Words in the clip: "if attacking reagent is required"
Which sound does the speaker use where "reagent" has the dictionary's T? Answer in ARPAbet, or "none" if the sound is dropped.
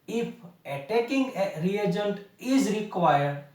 T